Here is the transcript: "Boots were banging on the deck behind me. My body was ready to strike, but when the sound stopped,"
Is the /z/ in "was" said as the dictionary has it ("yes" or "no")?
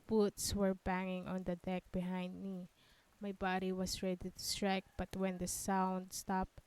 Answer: no